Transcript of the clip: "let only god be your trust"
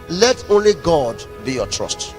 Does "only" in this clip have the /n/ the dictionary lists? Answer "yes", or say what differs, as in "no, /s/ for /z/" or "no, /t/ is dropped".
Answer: yes